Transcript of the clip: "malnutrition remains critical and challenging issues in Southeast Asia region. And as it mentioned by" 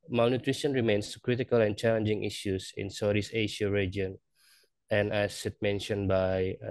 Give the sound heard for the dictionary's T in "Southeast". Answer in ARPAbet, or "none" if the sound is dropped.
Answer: none